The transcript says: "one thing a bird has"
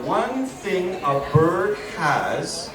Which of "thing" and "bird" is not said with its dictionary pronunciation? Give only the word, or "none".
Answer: none